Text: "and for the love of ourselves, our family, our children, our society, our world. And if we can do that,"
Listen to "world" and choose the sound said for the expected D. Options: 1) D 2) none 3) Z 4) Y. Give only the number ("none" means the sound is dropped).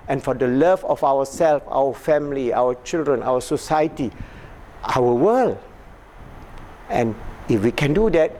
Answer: 2